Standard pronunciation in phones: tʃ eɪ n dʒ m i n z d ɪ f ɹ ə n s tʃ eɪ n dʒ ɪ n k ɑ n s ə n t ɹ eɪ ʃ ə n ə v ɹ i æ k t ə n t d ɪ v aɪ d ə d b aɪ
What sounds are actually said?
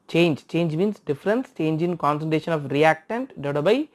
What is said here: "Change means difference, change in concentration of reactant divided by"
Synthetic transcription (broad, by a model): tʃ eɪ n dʒ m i n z d ɪ f ɹ ə n s tʃ eɪ n dʒ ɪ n k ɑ n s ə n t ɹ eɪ ʃ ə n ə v ɹ i æ k t ə n t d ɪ ʊ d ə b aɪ